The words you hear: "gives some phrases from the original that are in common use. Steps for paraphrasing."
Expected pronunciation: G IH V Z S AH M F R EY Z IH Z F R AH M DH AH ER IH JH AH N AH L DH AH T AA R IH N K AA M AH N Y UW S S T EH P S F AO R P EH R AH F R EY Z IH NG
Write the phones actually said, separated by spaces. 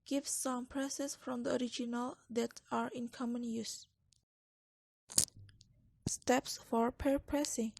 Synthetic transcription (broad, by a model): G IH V S AH M P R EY S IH S F R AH M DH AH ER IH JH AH N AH L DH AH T AA R IH N K AA M AH N Y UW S S T EH P S F AO R P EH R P R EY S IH NG